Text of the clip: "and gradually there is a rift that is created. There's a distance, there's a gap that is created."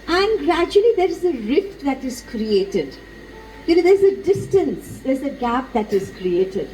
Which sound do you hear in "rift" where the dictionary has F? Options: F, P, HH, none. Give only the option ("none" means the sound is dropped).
F